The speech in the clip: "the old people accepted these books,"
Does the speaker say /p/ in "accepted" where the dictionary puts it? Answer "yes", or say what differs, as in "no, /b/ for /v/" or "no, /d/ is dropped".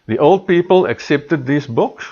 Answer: yes